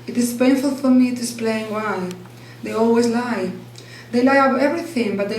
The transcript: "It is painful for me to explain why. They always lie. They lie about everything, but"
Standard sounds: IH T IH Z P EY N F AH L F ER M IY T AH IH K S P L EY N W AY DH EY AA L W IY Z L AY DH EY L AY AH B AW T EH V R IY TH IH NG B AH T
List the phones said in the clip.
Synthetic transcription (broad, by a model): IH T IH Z P EY N F AH L F ER M IY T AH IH S P L EY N W AY DH EY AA L W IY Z L AY DH EY L AY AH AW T EH V R IY TH IH NG B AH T